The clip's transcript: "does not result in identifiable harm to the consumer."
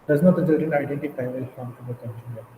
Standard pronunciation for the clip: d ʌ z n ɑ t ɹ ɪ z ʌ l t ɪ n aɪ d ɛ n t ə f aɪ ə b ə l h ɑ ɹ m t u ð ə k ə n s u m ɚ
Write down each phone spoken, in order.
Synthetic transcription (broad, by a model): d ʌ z n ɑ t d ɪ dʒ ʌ t ɪ n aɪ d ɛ n t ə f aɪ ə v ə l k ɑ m t u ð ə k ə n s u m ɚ